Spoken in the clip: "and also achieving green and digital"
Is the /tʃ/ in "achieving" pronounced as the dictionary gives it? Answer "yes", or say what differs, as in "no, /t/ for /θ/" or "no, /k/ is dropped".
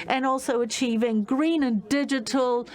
yes